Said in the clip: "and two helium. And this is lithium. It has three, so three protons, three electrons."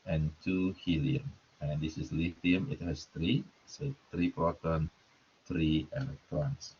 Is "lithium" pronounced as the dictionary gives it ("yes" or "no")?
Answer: no